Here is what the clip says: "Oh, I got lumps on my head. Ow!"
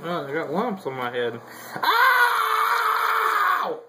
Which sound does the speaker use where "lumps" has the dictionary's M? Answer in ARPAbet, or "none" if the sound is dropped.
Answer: M